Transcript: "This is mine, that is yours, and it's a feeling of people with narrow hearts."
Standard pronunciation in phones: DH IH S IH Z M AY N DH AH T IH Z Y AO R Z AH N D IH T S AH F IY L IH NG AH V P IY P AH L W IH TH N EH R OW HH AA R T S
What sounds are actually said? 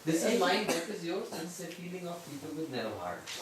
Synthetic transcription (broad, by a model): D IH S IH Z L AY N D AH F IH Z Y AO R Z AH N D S AH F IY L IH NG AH F P IY P AH L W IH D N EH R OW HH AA R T